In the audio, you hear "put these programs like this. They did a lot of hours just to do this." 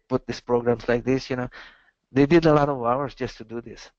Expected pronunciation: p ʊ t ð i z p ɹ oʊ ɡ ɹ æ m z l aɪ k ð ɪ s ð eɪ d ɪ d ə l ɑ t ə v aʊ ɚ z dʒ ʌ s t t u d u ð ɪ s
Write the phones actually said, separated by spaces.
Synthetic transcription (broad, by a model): p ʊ t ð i s p ɹ oʊ ɡ ɹ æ m s l aɪ k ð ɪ s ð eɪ d ɪ d ə l ɑ t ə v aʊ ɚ s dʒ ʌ s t t u d u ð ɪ s